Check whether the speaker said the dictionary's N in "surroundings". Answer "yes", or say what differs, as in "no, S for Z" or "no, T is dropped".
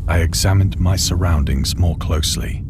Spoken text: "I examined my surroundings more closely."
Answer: yes